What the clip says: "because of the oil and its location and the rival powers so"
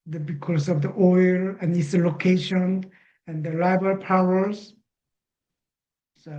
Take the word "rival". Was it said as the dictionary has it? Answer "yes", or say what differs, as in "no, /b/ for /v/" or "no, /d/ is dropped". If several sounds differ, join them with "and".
no, /l/ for /ɹ/